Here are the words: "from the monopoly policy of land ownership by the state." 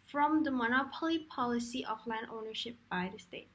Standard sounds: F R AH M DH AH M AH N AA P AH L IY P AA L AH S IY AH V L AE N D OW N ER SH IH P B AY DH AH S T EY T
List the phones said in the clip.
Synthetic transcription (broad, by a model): F R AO M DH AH M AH N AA P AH L IY P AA L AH S IY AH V L AE N D OW N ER SH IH P B AY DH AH S T EY T